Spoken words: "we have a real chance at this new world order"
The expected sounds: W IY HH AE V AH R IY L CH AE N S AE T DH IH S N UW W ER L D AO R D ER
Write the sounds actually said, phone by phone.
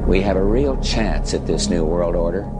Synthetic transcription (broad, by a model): W IY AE V AH R IY L CH AE N S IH T DH IH S N UW W ER L D AO R D ER